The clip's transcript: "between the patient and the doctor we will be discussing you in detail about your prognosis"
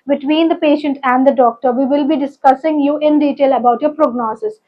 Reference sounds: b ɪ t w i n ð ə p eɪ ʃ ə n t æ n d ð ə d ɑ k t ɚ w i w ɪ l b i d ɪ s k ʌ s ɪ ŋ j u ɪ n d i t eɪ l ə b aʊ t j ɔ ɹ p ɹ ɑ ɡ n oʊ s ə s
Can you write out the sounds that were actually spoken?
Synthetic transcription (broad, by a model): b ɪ t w i n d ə p eɪ ʃ ə n t æ n d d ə d ɑ k t ɚ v i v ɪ l b i d ɪ s k ʌ s ɪ ŋ j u ɪ n d i t eɪ l ə b aʊ t j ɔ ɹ p ɹ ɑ ɡ n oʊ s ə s